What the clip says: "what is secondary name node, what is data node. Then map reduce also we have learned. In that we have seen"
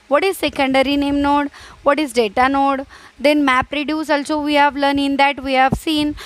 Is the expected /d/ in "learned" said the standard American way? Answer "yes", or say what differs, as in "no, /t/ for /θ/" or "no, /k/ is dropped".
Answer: no, /d/ is dropped